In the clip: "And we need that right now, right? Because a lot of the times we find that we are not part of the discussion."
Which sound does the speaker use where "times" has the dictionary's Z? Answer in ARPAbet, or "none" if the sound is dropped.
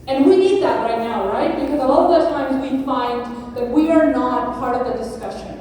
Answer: Z